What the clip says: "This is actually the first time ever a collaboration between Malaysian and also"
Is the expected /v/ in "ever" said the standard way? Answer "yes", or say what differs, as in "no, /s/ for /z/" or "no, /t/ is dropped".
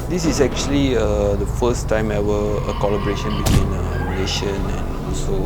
no, /w/ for /v/